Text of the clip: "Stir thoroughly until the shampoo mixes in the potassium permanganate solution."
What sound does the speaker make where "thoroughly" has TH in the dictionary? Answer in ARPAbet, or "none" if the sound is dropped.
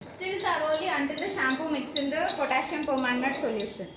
S